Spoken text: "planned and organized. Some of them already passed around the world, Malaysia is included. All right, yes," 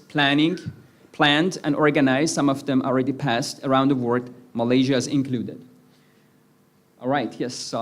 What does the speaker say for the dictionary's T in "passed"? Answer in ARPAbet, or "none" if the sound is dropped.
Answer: T